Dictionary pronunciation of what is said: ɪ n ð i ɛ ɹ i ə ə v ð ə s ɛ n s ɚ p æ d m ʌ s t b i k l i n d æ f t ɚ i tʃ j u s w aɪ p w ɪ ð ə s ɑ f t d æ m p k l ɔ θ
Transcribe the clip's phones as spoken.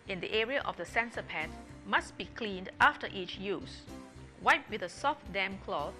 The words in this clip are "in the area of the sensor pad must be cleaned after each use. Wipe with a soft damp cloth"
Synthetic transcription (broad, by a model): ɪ n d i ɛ ɹ i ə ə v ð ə s ɛ n s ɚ p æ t m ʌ s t b i k l i n d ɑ f t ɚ i tʃ j u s w aɪ p w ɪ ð ə s ɑ f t d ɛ m k l ɔ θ